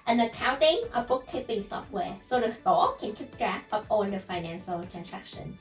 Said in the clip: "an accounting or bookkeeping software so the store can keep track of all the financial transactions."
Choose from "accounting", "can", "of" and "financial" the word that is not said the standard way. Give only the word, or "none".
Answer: of